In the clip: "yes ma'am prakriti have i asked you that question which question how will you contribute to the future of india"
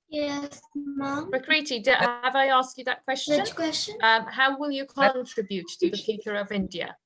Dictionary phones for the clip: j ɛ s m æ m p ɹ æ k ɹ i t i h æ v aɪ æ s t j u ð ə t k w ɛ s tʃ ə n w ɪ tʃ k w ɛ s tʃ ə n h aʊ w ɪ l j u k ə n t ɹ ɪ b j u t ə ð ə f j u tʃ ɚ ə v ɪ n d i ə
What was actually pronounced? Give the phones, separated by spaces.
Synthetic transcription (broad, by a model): j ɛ s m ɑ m ɹ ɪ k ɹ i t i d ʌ v aɪ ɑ s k j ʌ ð ə t k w ɛ s tʃ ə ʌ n k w ɛ s tʃ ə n h aʊ w ɪ l j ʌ k ə n t ɹ ɪ b j u t ə ð ə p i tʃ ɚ ə v ɪ n d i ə